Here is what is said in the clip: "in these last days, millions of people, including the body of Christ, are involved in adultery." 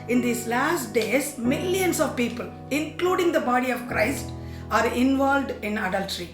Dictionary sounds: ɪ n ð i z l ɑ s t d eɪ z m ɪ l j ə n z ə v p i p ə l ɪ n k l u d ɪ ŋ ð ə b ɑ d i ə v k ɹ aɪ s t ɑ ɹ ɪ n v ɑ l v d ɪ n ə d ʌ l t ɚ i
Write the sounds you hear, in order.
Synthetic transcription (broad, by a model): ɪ n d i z l ɑ s t d eɪ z m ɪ l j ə n s ə v p i p ə l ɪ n k l u d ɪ ŋ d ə b ɑ d i ə v k ɹ aɪ s t ɑ ɹ ɪ n v ɑ l v d ɪ n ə d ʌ l t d i